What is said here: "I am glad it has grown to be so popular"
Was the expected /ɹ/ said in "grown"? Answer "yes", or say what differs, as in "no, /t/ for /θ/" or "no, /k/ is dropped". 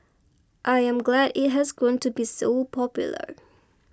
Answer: no, /ɹ/ is dropped